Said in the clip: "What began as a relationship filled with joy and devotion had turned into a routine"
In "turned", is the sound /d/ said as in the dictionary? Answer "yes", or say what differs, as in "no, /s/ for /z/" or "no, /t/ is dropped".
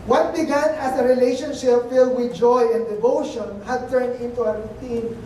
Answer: yes